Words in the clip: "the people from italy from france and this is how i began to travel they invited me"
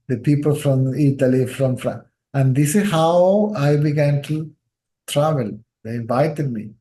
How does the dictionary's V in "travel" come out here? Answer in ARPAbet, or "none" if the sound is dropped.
V